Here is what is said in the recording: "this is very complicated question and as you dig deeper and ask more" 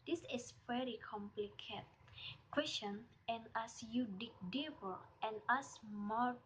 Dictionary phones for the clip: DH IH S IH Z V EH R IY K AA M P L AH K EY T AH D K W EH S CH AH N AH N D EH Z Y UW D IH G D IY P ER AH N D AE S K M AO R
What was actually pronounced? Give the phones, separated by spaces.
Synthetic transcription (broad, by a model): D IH S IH S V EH R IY K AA M P L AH K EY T K W EH S CH AH N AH N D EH S Y UW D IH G D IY B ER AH N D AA S M AO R